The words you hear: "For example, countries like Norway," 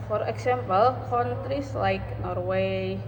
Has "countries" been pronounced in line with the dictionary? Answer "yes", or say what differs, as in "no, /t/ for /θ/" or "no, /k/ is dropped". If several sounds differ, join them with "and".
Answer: no, /n/ is dropped